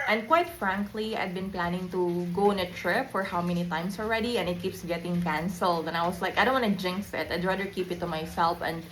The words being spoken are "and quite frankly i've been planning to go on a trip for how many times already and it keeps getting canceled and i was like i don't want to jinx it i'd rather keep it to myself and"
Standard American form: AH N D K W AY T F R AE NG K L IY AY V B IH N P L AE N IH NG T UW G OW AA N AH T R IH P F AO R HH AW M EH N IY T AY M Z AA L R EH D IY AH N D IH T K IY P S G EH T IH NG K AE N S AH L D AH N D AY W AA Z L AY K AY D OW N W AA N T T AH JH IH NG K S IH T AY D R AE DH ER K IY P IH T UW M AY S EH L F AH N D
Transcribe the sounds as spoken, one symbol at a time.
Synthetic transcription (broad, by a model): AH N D K W AY T F R AE NG K L IY AY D B IH N P L AE N IH NG T UW G OW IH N AH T R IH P F AO R HH AW M EH N IY T AY M S AA L R EH D IY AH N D IH T K IY P S G EH T IH NG K AE N S AH L D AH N AY W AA S L AY K AY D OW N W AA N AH JH IH NG K S IH T AY D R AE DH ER K IY P IH T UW M AY S EH L F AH N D